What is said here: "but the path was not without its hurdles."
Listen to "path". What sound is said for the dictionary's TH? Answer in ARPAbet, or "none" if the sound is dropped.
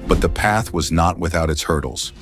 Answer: TH